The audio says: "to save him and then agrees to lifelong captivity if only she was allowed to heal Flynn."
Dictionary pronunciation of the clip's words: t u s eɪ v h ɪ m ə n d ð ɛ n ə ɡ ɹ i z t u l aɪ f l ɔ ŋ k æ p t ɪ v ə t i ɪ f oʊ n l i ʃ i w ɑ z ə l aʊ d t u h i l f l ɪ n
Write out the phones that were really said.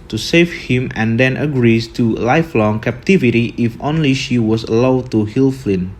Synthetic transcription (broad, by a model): t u s eɪ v h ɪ m ə n d ɛ n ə ɡ ɹ i s t u l aɪ f l ɔ ŋ k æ p t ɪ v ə t i ɪ f oʊ n l i ʃ i w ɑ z ə l aʊ d t u h i l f l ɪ n